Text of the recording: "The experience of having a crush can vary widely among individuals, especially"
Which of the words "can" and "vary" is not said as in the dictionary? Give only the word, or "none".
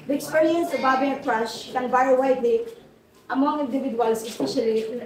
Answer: vary